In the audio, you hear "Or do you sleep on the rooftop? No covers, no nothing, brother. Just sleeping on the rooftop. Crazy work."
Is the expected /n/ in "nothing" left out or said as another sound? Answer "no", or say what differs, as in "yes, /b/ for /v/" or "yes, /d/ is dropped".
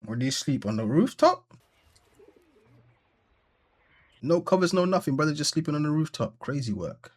no